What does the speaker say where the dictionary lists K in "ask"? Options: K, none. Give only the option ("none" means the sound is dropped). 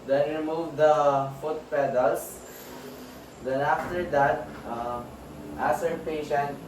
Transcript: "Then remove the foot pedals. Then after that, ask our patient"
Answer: none